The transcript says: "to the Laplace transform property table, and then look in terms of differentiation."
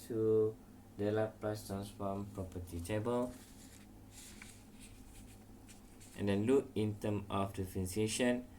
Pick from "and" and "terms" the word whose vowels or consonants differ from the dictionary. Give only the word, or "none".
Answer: terms